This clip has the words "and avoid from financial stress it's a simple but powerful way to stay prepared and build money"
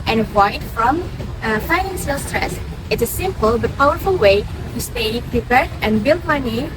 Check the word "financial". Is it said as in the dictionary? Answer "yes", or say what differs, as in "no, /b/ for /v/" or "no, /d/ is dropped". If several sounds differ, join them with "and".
no, /s/ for /ʃ/